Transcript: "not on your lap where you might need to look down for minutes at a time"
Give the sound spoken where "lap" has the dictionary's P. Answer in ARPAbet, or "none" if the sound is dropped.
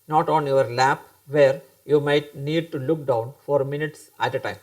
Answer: P